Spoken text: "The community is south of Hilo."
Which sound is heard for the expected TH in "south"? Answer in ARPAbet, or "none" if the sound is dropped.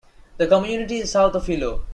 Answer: T